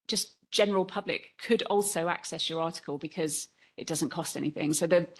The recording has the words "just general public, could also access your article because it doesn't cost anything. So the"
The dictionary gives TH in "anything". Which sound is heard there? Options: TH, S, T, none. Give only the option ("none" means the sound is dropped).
TH